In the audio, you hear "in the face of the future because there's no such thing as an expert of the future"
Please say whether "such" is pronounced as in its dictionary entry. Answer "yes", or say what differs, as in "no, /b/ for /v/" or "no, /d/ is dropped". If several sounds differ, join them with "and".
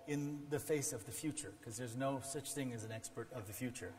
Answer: yes